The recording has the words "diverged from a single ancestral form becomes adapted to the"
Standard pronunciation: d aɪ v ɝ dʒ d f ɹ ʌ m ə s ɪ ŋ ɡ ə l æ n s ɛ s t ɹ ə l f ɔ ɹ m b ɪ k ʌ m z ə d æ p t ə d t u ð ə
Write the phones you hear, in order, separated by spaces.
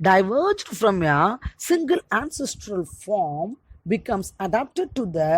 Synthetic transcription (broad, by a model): d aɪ v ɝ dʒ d f ɹ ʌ m ə s ɪ ŋ ɡ ə l æ n s ɛ s t ɹ ə l f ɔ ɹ m b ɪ k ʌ m s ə d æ p t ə d t u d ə